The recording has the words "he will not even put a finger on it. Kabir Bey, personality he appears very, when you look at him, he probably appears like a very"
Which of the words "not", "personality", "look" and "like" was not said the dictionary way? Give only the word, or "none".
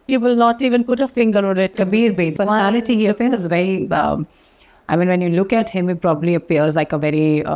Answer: personality